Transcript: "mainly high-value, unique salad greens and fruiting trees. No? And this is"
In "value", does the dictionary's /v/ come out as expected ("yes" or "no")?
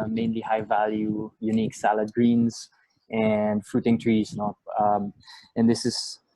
yes